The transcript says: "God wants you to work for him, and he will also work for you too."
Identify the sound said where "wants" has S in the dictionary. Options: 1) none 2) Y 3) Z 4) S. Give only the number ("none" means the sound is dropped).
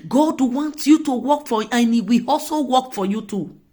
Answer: 1